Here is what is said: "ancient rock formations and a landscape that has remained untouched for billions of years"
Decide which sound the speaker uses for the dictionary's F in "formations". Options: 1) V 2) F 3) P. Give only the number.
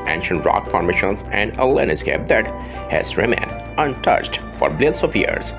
3